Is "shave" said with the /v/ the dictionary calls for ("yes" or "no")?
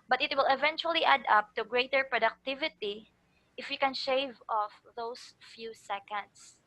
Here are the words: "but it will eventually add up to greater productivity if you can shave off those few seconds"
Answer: yes